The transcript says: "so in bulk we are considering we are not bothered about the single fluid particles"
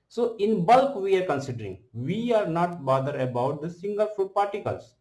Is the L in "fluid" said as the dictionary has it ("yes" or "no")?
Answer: no